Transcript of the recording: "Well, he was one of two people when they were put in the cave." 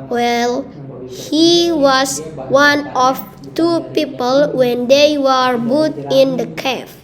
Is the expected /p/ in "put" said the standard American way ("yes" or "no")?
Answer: no